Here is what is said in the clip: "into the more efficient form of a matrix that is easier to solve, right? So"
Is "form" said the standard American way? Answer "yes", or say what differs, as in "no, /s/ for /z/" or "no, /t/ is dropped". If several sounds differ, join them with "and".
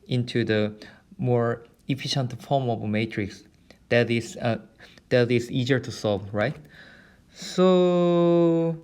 yes